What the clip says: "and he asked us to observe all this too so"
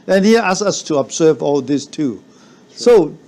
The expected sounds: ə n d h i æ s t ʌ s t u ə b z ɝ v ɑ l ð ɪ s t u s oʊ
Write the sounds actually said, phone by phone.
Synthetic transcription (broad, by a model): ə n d h i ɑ s ʌ s t u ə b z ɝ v ɑ l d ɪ s t u s oʊ